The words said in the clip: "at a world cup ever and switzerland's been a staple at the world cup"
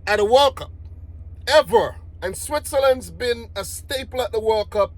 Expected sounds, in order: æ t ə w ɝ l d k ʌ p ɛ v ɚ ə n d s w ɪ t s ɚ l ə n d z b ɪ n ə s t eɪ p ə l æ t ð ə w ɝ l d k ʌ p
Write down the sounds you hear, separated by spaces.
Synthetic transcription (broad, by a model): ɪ t ə w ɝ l k ʌ p ɛ v ɚ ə n s w ɪ t s ɚ l ə n d z b ɪ n ə s t eɪ p l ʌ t ð ə w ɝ l k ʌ p